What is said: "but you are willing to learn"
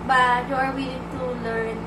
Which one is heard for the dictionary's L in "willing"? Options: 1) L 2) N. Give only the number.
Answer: 2